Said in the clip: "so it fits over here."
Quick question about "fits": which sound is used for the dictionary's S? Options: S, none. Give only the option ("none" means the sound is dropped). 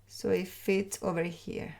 none